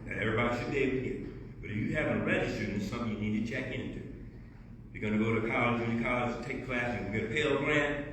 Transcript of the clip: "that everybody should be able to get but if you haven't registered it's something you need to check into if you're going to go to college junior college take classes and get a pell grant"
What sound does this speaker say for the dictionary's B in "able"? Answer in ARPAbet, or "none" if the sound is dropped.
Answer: none